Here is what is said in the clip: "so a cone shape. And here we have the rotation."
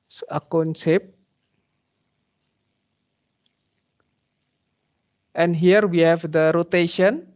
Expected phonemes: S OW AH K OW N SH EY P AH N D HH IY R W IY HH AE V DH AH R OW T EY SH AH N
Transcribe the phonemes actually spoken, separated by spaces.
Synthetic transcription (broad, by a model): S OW AH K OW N S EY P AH N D HH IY R W IY HH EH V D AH R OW T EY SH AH N